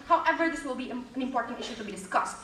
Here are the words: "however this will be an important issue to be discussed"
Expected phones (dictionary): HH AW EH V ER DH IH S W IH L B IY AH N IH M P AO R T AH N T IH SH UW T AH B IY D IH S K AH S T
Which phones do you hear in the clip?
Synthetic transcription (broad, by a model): HH AW EH V ER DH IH S W IH L B IY AH N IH M P AO R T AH N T IH SH UW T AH B IY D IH S K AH S T